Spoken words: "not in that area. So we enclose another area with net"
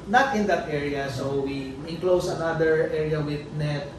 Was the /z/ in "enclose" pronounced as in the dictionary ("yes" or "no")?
no